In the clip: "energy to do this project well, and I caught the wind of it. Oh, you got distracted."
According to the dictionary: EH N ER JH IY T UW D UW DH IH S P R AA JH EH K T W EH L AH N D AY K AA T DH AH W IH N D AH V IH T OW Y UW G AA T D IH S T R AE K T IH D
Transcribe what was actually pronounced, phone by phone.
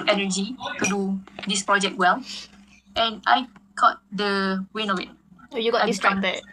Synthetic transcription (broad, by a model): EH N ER JH IY T UW D UW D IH S P R AA JH EH K T W EH L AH N AY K AA T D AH W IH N AH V IH T OW Y UW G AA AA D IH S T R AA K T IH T